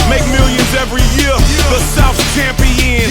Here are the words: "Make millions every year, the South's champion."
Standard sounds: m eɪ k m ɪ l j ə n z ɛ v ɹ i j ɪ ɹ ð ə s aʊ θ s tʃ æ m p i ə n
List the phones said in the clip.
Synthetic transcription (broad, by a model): m eɪ k m ɪ l j ə n z ɛ v ɹ i j ɪ ɹ ð ə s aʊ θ tʃ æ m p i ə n